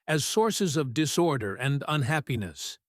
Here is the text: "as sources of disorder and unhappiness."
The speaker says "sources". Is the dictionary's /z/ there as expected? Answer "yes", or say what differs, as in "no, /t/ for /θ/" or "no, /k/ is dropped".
yes